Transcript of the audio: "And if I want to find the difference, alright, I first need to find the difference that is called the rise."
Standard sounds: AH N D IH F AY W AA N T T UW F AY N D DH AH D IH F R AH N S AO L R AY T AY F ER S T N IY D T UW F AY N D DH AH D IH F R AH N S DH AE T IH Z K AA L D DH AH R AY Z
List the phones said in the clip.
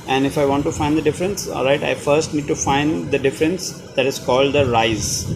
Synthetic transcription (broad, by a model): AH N D IH F AY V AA N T T UW F AY N D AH D IH F R AH N S AO L R AY T AY F ER S T N IY D T UW F AY N D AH D IH F R AH N S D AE T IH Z K AA L D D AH R AY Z